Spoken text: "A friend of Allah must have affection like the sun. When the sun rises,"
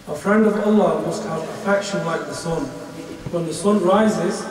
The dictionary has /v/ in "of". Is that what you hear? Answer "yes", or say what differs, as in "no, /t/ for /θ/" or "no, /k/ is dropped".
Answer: yes